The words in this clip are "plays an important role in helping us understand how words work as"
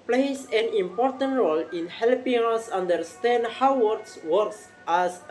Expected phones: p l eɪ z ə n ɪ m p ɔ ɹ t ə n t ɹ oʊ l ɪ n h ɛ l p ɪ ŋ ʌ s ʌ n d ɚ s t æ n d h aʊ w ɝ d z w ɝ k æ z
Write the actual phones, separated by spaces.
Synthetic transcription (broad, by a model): p l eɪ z ə n ɪ m p ɔ ɹ t ə n t ɹ oʊ l ɪ n h ɛ l p ɪ ŋ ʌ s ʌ n d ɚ s t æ n d h aʊ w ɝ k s w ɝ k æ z